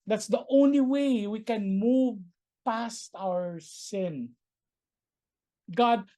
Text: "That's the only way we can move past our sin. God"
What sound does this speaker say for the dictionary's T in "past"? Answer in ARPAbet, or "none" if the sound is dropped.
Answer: T